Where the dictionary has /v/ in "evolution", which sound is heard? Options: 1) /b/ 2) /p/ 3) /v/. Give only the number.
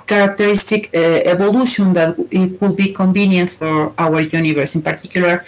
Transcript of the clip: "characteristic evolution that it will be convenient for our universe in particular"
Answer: 1